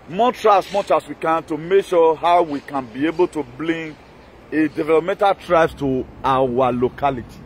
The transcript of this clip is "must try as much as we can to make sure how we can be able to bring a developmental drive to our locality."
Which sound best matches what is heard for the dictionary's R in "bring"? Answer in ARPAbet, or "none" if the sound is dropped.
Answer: L